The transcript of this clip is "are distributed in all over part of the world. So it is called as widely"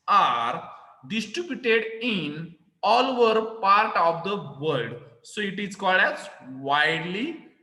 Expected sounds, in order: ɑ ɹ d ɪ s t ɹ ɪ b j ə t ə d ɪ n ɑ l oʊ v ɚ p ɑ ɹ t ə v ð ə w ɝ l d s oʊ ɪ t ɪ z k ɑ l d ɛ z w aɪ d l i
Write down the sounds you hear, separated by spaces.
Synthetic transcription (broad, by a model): ɑ ɹ d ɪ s t ɹ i b j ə t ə d ɪ n ɑ l oʊ v ɚ p ɑ ɹ t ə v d ə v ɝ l d s oʊ ɪ t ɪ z k ɑ l d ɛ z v aɪ d l i